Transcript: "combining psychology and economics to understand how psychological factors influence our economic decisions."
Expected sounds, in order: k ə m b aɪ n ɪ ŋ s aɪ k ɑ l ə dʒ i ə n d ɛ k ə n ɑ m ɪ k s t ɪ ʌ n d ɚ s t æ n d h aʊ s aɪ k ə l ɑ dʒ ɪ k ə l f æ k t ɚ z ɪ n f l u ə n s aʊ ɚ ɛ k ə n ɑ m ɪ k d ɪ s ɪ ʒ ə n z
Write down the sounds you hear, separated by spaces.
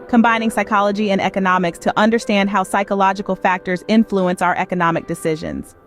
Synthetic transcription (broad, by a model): k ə m b aɪ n ɪ ŋ s aɪ k ɑ l ə dʒ i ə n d ɛ k ə n ɑ m ɪ k s t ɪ ʌ n d ɚ s t æ n d h aʊ s aɪ k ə l ɑ dʒ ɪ k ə l f æ k t ɚ z ɪ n f l u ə n s aʊ ɚ ɛ k ə n ɑ m ɪ k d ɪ s ɪ ʒ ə n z